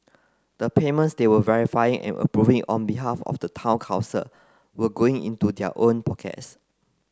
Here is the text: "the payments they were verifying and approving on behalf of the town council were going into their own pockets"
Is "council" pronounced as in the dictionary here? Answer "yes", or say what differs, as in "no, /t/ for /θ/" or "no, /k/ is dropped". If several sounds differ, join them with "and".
no, /n/ is dropped